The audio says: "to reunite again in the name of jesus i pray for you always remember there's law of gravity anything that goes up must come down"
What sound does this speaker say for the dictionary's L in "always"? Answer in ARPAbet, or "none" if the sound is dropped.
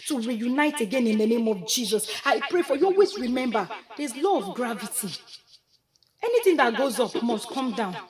none